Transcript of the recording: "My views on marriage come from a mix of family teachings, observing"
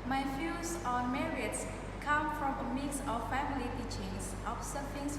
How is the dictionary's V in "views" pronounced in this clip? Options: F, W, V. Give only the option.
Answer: F